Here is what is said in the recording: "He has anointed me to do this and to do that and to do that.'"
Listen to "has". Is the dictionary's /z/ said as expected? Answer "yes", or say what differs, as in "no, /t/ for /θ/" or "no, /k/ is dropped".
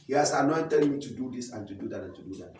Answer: no, /s/ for /z/